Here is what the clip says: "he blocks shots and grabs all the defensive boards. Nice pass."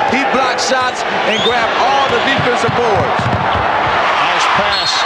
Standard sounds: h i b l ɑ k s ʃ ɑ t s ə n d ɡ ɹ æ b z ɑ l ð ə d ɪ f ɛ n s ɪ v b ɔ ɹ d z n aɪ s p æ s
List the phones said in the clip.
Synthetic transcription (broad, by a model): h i b l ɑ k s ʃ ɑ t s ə n ɡ ɹ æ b ɑ l ð ə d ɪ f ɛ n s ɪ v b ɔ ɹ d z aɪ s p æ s